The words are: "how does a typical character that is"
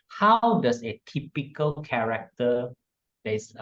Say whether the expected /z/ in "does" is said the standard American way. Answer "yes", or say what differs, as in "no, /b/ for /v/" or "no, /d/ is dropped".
no, /s/ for /z/